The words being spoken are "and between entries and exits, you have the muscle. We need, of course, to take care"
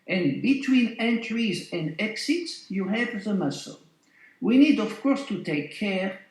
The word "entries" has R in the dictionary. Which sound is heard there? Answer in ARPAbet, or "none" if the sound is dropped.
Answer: R